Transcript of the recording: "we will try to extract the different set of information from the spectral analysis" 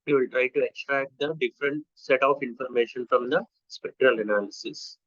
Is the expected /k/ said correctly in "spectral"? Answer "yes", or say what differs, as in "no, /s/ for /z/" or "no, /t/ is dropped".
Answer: yes